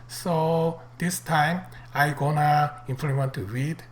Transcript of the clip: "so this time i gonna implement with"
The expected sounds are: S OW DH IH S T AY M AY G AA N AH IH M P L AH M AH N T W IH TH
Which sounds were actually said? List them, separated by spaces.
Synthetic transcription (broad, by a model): S OW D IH S T AY M AY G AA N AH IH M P AH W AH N T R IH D